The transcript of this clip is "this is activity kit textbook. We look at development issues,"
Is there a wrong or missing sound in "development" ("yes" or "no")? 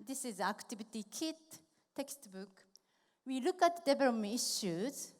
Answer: yes